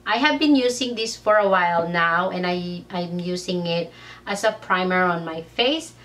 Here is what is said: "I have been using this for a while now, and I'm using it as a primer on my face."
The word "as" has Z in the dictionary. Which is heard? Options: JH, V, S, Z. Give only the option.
S